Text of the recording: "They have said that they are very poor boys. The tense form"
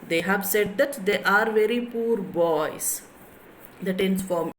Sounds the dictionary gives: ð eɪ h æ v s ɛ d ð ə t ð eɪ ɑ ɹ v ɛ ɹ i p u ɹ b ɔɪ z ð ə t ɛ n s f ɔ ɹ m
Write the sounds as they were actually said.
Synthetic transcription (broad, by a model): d eɪ h æ v s ɛ d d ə t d eɪ ɑ ɹ v ɛ ɹ i p u ɹ b ɔɪ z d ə t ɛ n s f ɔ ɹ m